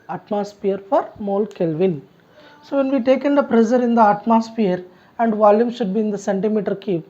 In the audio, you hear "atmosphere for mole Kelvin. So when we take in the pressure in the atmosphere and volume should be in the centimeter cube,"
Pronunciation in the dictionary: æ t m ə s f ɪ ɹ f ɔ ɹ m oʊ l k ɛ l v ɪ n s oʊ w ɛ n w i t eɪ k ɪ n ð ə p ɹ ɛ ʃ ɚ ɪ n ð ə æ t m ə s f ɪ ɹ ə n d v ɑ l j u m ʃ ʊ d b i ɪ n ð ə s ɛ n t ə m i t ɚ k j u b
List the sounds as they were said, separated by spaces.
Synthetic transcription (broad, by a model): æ t m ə s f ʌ ɹ f ɔ ɹ m oʊ l k ɛ l v ɪ n s oʊ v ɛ n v i t eɪ k ɪ n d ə p ɹ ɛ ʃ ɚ ɪ n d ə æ t m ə s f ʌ ɹ ə n d v ɑ l j u m ʃ ʊ d b i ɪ n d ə s ɛ n t ə m i t ɚ k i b